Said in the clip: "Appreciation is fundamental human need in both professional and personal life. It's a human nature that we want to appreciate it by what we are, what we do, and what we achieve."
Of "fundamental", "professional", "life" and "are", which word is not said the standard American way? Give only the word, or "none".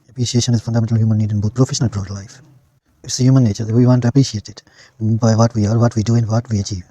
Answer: none